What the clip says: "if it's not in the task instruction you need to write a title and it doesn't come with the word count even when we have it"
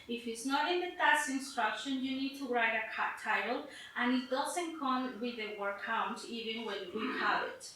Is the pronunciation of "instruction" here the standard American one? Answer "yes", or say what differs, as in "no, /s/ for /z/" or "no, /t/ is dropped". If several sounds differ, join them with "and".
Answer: yes